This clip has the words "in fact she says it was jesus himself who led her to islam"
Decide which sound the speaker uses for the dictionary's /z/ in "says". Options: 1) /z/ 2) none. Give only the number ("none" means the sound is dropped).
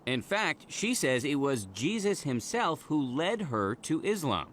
1